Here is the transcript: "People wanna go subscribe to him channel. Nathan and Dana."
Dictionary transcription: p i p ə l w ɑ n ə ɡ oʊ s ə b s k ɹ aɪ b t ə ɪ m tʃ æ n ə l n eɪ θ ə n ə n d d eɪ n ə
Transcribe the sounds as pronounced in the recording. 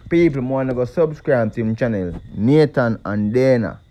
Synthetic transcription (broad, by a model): p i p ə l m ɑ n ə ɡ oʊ s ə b s k ɹ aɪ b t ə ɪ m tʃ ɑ n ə l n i t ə n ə n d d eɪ n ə